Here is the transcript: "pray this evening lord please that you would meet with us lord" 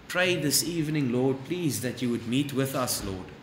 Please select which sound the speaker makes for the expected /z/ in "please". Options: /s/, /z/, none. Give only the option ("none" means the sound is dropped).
/z/